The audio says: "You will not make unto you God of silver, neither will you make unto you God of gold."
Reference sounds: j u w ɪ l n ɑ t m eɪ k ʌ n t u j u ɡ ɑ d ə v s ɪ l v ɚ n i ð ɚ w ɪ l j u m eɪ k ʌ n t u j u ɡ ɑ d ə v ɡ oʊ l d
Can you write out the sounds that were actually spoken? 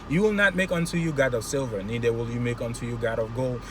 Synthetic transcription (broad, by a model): j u w ɪ l n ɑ t m eɪ k ʌ n t u j u ɡ ɑ d ə v s ɪ l v ɚ n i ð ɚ w ɪ l j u m eɪ k ʌ n t u j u ɡ ɑ d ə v ɡ oʊ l